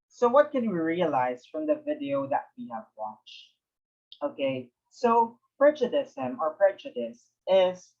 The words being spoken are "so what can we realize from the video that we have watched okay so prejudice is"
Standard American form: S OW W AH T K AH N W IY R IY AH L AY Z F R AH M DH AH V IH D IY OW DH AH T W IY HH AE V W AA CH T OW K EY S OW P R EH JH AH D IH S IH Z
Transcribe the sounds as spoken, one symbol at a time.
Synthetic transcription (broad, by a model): S OW W AH T K AH N W IY R IY AH L AY Z F R AH M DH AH V IH D IY OW DH AH T W IY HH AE V W AA CH T OW K EY S OW P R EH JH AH D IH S IH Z